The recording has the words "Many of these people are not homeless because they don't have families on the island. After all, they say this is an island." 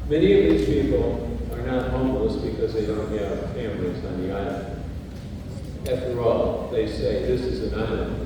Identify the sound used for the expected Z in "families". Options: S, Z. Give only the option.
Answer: Z